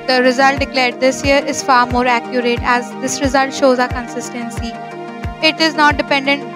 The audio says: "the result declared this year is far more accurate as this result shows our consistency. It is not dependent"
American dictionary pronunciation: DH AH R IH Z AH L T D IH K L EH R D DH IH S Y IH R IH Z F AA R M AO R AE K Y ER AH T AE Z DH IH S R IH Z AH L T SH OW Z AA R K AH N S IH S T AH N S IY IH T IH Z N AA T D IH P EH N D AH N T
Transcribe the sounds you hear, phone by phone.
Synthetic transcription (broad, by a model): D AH R IH Z AH L T D IH K L EH R D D IH S Y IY R IH Z F AA R M AO R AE K Y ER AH T AE Z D IH S R IH Z AH L T SH OW Z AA K AH N S IH S T AH N S IY IH T IH Z N AA T D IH P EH N D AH N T